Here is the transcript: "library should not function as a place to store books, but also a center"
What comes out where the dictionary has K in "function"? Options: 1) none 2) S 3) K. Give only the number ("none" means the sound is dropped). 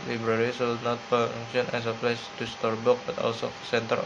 1